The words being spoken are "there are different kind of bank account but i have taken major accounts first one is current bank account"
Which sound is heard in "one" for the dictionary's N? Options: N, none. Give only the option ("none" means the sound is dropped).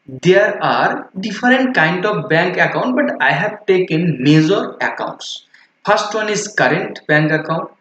N